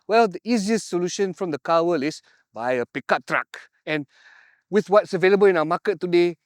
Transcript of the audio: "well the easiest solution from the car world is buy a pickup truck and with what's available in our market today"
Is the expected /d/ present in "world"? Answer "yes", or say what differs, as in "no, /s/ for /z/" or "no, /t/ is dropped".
no, /d/ is dropped